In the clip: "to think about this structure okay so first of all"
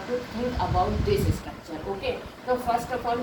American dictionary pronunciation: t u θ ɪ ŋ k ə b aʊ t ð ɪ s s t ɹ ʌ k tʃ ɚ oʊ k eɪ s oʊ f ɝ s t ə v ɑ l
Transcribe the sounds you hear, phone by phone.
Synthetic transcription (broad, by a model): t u t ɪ ŋ k ə b aʊ t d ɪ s s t ʌ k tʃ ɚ oʊ k eɪ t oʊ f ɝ s t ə f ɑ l